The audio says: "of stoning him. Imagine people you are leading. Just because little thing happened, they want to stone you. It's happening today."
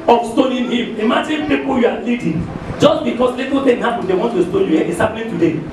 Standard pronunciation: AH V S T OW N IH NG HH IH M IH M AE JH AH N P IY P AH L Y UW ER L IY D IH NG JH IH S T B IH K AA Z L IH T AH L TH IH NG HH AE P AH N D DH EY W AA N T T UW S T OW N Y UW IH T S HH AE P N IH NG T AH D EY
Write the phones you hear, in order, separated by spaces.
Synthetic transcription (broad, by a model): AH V S T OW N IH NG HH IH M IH M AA JH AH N P IY P AH L Y UW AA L IY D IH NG JH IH S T B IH K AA S L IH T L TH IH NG HH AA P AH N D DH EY W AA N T T UW S T OW N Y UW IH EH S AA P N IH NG T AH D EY